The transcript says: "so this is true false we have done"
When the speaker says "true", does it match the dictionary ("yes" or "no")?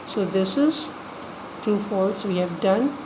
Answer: no